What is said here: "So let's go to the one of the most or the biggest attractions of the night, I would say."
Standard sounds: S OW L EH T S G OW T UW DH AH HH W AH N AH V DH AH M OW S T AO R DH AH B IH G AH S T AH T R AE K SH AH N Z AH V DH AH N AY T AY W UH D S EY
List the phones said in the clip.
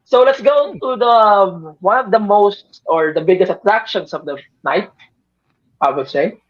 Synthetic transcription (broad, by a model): S OW L EH T S G OW T UW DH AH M W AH N AH V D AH M OW S T AO R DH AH B IH G AH S T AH T R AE K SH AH N S AH V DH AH N AY T AY W UH D S EY